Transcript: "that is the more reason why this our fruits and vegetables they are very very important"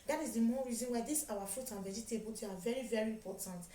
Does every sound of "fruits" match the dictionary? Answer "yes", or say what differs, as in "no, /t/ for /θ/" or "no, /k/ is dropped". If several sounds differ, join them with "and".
no, /s/ is dropped